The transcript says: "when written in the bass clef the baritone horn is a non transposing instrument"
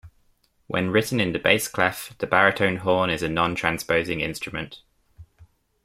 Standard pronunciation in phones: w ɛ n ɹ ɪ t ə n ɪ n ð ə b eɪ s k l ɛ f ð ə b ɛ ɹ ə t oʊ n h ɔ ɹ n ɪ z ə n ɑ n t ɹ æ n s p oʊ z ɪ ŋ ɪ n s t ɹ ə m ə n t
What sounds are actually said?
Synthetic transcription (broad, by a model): w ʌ n ɹ ɪ t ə n ɪ n ð ə b eɪ s k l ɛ f ð ə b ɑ ɹ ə t oʊ n h ɔ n ɪ z ə n ɑ n t ɹ æ n s p oʊ z ɪ ŋ ɪ n s t ɹ ə m ə n t